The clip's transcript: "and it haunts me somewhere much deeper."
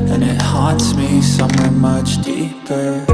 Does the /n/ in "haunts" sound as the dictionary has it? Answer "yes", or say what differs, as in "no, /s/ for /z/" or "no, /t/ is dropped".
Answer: no, /n/ is dropped